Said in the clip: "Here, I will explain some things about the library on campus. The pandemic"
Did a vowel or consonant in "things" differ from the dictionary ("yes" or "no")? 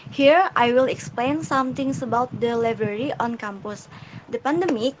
yes